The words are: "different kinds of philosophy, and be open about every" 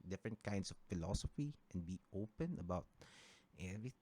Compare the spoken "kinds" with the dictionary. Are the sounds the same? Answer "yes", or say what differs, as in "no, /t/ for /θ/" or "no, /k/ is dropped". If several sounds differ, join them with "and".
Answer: no, /s/ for /z/